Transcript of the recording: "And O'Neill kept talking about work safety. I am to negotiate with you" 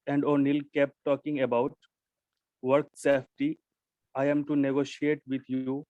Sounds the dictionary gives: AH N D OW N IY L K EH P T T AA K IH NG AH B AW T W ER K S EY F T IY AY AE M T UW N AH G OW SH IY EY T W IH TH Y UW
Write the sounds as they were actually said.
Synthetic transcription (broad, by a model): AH N D OW N IY L K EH P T T AA K IH NG AH B AW T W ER K S EY F T IY AY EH M T UW N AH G OW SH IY EY T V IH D Y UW